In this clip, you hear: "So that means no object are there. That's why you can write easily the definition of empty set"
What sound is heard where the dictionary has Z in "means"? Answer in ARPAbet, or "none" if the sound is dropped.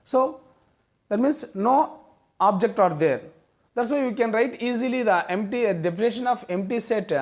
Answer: S